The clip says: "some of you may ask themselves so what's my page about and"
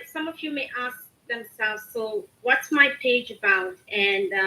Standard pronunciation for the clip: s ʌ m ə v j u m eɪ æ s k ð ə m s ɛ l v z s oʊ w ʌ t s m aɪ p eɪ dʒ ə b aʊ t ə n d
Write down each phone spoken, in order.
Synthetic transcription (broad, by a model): s ʌ m ə v j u m eɪ æ s k ð ə m s ɛ l v z s oʊ w ʌ t s m aɪ p eɪ dʒ ə b aʊ t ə n